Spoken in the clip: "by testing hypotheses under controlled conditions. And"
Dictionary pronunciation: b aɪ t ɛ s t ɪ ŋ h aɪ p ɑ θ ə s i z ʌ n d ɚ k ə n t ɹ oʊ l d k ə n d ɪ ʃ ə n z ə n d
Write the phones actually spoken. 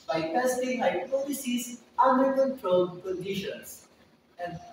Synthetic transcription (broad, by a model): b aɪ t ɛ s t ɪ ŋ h aɪ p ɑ t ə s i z ʌ n d ɚ k ə n t ɹ oʊ l d k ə n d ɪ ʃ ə n s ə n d